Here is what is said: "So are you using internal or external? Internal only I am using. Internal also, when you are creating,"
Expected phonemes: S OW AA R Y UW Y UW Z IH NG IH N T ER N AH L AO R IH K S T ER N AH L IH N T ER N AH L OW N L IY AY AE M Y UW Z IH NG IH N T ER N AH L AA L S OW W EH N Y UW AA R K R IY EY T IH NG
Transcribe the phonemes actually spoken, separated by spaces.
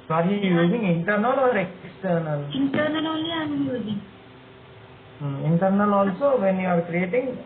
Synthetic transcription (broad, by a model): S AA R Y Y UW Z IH NG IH N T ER N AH L AO R IH K S T ER N AH L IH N T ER N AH L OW L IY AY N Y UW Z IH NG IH N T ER N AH L AA L S OW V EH N Y UW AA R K R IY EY T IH NG